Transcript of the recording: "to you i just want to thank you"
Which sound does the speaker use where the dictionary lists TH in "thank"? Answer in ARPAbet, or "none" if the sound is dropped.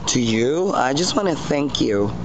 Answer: TH